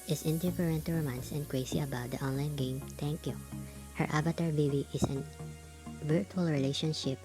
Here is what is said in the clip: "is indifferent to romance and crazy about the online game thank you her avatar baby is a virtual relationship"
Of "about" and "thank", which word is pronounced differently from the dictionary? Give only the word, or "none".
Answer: thank